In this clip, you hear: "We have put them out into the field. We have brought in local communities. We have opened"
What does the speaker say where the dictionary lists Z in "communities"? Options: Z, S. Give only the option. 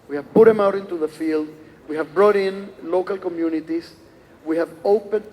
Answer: S